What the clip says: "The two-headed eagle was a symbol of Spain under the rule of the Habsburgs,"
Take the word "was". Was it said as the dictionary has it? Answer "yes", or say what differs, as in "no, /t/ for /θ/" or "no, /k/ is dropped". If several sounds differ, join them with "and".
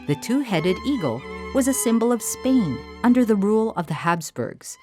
yes